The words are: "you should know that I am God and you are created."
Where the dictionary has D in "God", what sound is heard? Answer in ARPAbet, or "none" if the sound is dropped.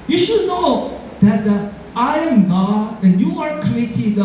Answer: none